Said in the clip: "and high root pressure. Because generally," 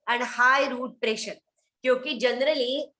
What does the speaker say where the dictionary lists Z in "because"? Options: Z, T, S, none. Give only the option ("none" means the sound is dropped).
none